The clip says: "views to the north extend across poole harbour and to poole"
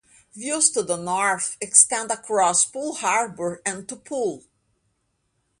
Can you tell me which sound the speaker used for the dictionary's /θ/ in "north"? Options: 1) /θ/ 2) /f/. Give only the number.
2